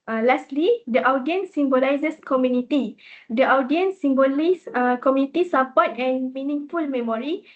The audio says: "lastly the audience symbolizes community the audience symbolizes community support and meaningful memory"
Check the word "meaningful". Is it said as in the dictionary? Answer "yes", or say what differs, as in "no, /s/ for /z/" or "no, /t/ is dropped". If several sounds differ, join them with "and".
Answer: yes